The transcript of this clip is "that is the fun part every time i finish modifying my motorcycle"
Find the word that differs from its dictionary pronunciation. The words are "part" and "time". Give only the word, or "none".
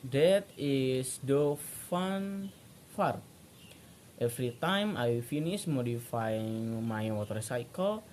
part